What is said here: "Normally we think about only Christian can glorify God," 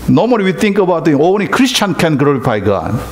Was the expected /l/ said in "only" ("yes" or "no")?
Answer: no